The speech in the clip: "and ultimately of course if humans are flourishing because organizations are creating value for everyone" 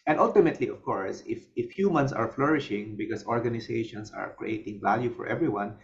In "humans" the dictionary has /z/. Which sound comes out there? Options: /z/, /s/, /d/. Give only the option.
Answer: /s/